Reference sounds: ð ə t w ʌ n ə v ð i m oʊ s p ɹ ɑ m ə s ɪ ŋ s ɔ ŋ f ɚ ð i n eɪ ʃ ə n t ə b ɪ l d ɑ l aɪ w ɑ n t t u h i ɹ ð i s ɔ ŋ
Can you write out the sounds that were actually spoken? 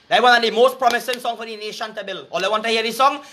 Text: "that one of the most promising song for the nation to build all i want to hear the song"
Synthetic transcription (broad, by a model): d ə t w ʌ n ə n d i m oʊ s p ɹ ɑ m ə s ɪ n s ɔ ŋ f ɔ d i n eɪ ʃ ə n t ə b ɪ l ɑ l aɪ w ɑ n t t u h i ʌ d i s ɔ ŋ